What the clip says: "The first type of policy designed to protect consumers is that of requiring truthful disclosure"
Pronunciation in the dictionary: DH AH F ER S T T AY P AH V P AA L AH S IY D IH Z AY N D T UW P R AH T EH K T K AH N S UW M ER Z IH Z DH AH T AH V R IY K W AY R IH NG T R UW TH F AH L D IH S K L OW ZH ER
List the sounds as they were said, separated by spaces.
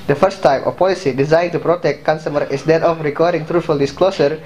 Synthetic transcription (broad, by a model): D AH F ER S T T AY P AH F P AA L AH S IY D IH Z AY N T UW P R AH T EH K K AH N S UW M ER IH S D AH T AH F R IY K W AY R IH NG T R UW T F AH L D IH S K L OW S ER